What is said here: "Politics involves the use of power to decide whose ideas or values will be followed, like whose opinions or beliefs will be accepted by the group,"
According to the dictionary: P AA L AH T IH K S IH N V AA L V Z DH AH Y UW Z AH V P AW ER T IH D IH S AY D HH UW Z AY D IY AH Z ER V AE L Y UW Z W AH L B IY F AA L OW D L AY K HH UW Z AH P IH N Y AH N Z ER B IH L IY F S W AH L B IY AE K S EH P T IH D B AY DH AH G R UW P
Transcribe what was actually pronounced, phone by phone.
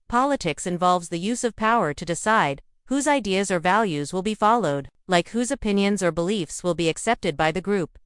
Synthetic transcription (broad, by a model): P AA L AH T IH K S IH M V AA L V Z DH AH Y UW Z AH V P AW ER T IH D IH S AY D HH UW Z AY D IY AH Z ER V AE L Y UW Z W AH L B IY F AA L OW D L AY K HH UW Z AH P IH N Y AH N Z ER B IH L IY F S W AH L B IY AE K S EH P T IH D B AY DH AH G R UW P